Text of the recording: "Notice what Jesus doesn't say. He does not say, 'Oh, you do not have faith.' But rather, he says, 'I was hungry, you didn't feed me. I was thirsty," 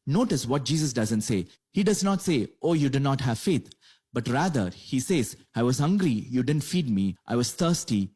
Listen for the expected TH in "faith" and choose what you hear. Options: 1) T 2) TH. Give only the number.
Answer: 1